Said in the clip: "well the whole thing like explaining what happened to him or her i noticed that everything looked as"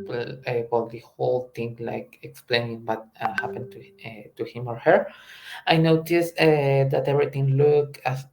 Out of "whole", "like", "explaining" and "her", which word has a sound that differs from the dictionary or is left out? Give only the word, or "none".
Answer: none